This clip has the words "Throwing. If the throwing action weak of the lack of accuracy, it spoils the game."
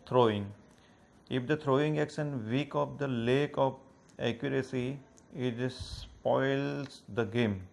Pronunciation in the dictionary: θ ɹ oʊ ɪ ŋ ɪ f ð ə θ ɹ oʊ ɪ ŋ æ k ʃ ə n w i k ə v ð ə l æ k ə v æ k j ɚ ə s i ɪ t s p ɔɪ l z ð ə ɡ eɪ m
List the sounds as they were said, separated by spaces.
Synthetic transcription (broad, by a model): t ɹ oʊ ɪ ŋ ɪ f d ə t ɹ oʊ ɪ ŋ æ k s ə n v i k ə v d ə l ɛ k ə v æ k j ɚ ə s i ɪ t s p ɔɪ l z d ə ɡ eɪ m